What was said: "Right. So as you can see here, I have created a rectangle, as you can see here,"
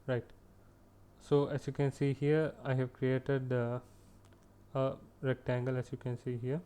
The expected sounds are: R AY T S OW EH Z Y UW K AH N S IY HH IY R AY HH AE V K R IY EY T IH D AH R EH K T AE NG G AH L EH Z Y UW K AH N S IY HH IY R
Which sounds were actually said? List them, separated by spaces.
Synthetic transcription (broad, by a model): R AY T S OW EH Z Y UW K AH N S IY HH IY R AY HH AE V K R IY EY T IH D AH R EH K T AE NG G AH L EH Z Y UW K AH N S IY HH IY R